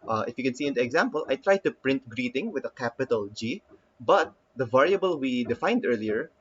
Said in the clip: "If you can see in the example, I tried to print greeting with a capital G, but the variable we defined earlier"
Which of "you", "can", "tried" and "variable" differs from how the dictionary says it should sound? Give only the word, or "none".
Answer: none